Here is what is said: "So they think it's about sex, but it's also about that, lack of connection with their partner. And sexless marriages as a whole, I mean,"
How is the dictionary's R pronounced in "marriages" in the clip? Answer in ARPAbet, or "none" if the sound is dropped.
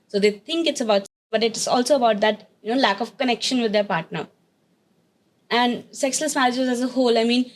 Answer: L